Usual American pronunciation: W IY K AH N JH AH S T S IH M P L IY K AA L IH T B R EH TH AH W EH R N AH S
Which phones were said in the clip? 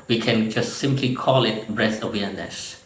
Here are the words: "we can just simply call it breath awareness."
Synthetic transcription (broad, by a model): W IY K AH N JH AH S T S IH M P L IY K AA L IH T B R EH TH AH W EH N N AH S